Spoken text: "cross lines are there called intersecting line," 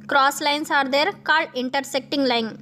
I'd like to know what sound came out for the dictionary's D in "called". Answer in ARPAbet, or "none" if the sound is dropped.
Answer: none